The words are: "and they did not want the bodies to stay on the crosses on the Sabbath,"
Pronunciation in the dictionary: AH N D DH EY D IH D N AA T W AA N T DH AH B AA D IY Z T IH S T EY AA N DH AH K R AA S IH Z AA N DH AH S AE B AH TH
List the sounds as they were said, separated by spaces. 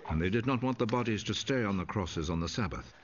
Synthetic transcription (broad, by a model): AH N DH EY D IH D N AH T W AA N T DH AH B AA D IY Z T IH S T EY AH N DH AH K R AA S IH Z N DH AH S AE B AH TH